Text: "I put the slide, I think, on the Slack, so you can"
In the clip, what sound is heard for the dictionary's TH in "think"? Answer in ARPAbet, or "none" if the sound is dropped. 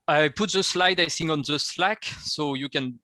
S